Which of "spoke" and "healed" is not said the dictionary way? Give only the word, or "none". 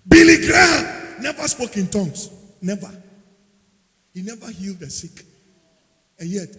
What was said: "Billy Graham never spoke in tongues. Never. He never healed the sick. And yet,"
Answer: none